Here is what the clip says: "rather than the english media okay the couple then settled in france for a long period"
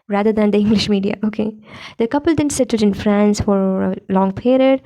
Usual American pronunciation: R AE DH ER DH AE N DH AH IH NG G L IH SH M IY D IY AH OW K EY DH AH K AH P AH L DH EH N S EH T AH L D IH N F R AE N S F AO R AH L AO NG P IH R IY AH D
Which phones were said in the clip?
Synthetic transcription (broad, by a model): R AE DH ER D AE N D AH IH NG G L IH SH M IY D IY AH OW K EY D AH K AH P AH L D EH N S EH T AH D IH N F R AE N S F AO R AH L AO NG P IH R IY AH D